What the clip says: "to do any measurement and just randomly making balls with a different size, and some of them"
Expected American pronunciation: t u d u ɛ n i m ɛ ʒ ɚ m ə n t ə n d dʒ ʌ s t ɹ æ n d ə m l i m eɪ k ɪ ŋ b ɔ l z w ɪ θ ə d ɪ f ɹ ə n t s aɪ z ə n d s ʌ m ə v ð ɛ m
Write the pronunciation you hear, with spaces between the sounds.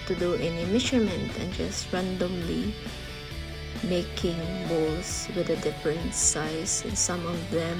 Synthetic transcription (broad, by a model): t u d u ɛ n i m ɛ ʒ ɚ m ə n t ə n dʒ ʌ s t ɹ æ n d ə m l i m eɪ k ɪ ŋ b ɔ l s w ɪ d ə d ɪ f ɹ ə n t s aɪ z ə n s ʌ m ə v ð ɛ m